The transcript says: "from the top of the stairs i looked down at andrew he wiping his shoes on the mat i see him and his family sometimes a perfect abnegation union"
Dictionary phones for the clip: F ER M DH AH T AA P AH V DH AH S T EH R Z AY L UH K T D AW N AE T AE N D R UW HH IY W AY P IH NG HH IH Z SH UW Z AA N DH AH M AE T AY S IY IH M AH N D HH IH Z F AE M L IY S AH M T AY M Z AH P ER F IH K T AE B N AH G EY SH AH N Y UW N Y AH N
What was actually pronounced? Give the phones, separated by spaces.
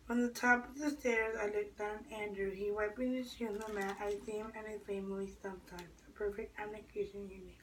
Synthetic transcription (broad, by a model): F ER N DH AH T AA P AH V DH AH S T EH R Z AY L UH K D AW N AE AE N D R UW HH IY W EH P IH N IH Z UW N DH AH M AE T AY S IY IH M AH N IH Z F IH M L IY S AH M T AY M Z AH P ER F IH K T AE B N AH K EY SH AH N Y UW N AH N